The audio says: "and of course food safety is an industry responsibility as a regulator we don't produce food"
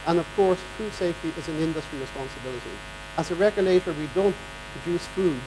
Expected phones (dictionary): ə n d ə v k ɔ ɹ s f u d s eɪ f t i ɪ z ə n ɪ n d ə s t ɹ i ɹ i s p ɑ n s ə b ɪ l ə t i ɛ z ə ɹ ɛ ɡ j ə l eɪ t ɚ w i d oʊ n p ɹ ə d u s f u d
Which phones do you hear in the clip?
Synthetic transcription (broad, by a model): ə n ə v k ɔ ɹ s f u d s eɪ f t i ɪ z ə n ɪ n d ə s t ɹ i ɹ i s p ɑ n s ə b ɪ l ə t i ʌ z ə ɹ ɛ ɡ j ə l eɪ t ɚ w i d oʊ n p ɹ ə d u s f u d